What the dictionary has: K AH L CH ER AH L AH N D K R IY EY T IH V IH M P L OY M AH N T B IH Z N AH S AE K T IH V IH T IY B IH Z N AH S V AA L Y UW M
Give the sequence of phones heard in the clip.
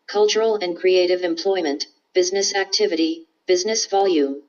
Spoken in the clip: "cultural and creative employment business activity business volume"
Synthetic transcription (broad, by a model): K AH L CH ER L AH N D K R IY EY T IH V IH M P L OY M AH N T B IH Z N AH S AE K T IH V IH T IY B IH Z N AH S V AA L Y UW M